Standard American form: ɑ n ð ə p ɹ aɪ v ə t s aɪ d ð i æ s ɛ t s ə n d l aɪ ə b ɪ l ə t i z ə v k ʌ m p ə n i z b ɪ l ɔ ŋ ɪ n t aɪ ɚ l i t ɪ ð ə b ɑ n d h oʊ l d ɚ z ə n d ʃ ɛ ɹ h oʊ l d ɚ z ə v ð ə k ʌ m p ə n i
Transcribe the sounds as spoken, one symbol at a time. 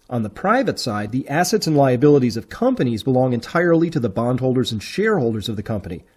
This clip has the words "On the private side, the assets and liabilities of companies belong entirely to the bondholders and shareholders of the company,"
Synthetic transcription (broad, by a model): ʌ n ð ə p ɹ aɪ v ə t s aɪ d ð i æ s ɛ t s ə n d l aɪ ə b ɪ l ə t i z ə v k ʌ m p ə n i z b ɪ l ɔ ŋ ɪ n t aɪ ɚ l i t ɪ ð ə b ɑ n d h oʊ l d ɚ z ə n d ʃ ɛ ɹ h oʊ l d ɚ z ə v ð ə k ʌ m p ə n i